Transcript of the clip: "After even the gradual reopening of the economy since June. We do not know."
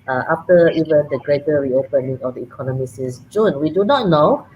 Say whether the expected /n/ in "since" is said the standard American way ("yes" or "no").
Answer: no